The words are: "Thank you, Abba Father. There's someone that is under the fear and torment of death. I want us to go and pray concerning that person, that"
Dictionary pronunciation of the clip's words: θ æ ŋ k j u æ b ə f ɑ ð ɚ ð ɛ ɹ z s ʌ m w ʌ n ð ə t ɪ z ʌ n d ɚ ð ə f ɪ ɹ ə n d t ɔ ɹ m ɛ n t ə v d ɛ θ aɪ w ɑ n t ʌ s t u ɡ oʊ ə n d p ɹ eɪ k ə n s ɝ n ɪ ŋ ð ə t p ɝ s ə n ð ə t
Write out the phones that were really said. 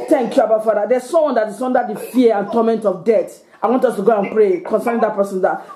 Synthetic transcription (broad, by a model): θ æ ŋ k j u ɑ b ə f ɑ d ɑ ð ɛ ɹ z s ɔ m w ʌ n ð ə t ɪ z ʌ n d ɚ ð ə f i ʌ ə n t ɔ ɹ m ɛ n t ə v d ɛ t aɪ w ɑ n t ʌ s t u ɡ oʊ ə n p ɹ eɪ k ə n s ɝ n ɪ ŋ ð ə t p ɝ s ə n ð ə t